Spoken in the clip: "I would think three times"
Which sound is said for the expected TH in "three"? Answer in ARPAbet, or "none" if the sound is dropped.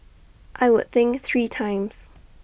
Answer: TH